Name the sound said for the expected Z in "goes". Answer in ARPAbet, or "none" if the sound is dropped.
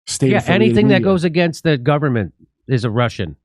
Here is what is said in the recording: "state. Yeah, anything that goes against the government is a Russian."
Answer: Z